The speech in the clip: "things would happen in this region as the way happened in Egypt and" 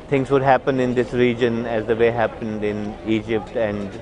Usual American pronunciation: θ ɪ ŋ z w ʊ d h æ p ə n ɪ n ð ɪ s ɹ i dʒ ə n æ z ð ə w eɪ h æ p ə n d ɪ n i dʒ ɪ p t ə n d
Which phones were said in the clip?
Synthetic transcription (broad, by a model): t ɪ ŋ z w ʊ d h æ p ə n ɪ n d ɪ s ɹ i dʒ ə n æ z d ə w eɪ h æ p ə n d ɪ n i dʒ ɪ p t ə n d